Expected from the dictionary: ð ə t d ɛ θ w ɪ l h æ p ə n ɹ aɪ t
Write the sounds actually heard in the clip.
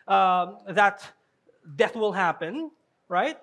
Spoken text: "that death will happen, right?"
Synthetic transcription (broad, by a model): ð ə t d ɛ θ w ɪ l h æ p ə n ɹ aɪ t